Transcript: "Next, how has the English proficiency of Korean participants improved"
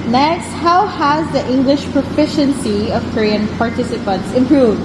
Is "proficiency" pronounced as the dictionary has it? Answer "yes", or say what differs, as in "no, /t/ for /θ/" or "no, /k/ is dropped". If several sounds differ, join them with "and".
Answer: yes